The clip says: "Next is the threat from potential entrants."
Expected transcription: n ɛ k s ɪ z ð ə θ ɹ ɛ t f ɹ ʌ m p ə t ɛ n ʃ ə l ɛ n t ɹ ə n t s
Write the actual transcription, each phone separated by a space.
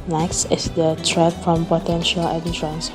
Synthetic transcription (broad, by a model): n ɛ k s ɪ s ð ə t ɹ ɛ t f ɹ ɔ m p ə t ɛ n ʃ ə l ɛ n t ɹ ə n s